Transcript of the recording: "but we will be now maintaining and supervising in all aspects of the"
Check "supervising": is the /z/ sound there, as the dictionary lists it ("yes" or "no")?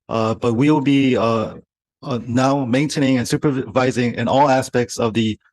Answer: yes